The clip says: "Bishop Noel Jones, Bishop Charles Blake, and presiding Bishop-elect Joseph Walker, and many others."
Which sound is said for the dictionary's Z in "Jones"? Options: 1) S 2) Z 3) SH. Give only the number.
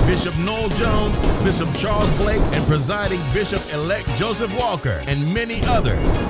2